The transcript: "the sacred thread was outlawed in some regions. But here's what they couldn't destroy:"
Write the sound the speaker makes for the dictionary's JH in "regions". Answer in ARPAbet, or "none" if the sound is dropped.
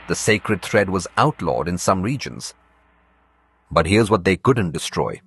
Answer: JH